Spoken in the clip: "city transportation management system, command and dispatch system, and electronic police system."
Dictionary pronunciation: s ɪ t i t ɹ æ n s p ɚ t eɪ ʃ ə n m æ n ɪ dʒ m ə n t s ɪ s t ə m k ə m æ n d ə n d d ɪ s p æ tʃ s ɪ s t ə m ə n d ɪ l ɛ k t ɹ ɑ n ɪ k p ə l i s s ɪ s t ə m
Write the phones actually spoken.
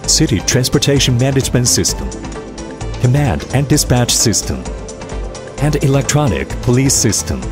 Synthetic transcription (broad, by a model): s ɪ t i t ɹ æ n s p ɚ t eɪ ʃ ə n m æ n ɪ dʒ m ə n t s ɪ s t ə m k ə m æ n d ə n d d ɪ s p æ tʃ s ɪ s t ə m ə n ɪ l ɛ k t ɹ ɑ n ɪ k p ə l i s s ɪ s t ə m